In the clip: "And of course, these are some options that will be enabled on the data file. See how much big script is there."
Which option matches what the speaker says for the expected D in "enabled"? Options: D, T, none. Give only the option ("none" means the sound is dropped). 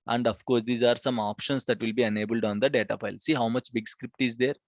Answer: D